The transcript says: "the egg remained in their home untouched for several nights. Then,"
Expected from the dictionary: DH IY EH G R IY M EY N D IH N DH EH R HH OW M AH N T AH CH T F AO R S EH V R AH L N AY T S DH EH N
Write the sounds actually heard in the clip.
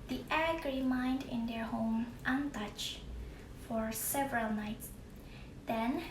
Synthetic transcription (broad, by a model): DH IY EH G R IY M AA N D IH N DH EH R HH OW M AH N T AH CH F AO R S EH V R AH L N AY T S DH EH N